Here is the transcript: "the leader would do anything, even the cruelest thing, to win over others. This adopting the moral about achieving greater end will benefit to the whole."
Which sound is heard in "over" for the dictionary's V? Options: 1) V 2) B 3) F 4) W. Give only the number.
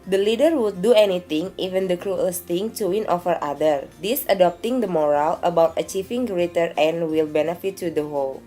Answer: 3